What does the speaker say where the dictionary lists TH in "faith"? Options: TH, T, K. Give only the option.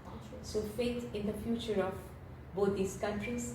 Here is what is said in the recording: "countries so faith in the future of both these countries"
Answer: T